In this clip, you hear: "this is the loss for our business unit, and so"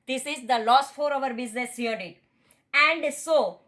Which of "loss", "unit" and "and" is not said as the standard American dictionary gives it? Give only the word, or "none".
unit